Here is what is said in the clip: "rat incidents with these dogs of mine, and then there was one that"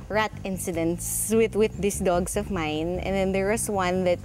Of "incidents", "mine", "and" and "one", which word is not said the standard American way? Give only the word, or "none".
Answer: none